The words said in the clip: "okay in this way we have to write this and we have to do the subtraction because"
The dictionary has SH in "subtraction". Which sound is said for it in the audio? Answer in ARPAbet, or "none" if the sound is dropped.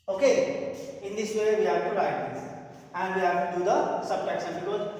S